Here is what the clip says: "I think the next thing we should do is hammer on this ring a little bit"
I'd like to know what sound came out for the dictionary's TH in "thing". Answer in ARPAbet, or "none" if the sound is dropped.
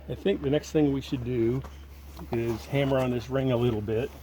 TH